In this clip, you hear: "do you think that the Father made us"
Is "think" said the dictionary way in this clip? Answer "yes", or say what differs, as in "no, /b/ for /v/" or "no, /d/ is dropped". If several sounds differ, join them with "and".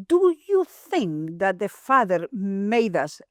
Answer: yes